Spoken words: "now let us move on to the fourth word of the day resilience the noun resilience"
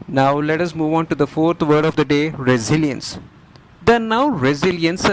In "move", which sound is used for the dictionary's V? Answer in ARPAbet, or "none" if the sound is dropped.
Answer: V